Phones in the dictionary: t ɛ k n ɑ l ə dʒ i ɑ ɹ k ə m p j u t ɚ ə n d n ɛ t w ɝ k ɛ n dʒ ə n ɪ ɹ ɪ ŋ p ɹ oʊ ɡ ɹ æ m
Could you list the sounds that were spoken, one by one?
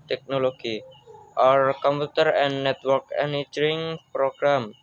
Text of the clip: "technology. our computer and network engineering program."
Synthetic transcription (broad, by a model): t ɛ k n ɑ l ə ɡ i ɑ ɹ k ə m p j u t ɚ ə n n ɛ t w ɝ k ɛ n ə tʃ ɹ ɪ ŋ p ɹ oʊ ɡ ɹ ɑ m